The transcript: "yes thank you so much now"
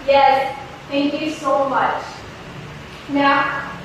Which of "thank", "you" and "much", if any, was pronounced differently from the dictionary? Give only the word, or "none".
thank